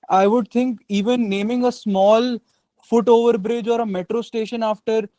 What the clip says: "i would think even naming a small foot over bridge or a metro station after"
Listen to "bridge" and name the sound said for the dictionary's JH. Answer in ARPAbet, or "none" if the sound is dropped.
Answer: JH